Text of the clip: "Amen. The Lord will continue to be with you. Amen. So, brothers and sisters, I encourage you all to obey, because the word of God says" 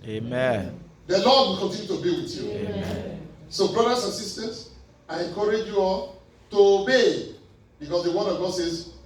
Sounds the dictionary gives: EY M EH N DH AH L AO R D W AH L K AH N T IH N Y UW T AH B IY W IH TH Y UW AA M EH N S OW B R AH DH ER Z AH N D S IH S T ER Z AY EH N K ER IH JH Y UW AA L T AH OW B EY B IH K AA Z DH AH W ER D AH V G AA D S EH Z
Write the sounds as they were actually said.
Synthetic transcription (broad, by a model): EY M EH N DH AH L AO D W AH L K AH N T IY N Y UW T AH B IY W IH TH Y UW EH S OW B R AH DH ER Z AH S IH S T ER S AY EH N K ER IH JH Y UW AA T AH OW B EY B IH K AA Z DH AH W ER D AH V G AA D S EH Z